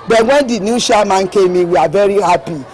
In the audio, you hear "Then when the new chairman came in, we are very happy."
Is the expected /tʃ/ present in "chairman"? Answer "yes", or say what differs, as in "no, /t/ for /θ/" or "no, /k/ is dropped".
no, /ʃ/ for /tʃ/